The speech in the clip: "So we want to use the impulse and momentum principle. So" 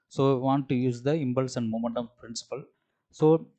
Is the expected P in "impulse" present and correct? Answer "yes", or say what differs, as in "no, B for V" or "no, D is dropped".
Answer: no, B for P